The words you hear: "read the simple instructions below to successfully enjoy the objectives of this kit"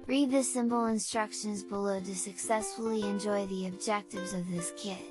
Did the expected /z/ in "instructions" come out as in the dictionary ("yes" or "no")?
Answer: yes